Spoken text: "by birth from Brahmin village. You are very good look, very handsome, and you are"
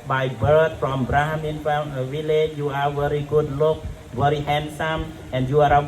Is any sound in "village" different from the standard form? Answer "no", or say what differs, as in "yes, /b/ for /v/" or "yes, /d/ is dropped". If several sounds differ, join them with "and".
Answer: yes, /f/ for /v/